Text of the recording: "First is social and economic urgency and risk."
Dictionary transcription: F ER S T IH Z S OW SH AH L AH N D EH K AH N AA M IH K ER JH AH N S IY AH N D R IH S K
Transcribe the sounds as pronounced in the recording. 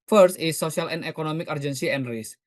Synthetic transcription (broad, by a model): F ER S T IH S OW S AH L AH N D EH K AH N AA M IH K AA JH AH N S IY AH N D R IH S